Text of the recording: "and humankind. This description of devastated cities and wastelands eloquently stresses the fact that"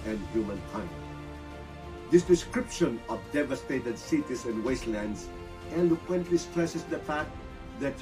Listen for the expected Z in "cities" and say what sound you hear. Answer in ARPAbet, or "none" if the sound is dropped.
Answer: S